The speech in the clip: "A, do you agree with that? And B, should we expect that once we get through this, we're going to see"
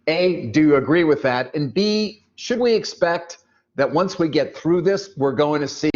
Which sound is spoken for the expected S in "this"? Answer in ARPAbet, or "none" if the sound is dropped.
S